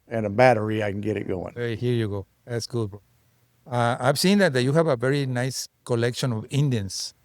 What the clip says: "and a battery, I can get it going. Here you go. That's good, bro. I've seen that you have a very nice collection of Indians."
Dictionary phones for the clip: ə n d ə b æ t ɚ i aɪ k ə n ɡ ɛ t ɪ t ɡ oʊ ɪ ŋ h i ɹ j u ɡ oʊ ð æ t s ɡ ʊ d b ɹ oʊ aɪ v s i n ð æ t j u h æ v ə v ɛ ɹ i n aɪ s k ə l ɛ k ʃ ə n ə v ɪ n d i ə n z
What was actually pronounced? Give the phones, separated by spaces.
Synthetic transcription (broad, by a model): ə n ə b æ t ɚ i aɪ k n ɡ ɛ t ɪ t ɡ oʊ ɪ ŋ h i ɹ j u ɡ oʊ ð æ t s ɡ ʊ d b oʊ aɪ v s i n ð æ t j u h æ v ə v ɛ ɹ i n aɪ s k ə l ɛ k ʃ ə n ə v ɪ n d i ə n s